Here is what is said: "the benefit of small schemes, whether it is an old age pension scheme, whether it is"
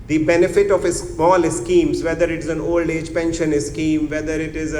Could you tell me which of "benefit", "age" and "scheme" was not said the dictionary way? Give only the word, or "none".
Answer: none